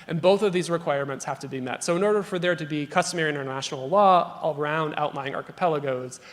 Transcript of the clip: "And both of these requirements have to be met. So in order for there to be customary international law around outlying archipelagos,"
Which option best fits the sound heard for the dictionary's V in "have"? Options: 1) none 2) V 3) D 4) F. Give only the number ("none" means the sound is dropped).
4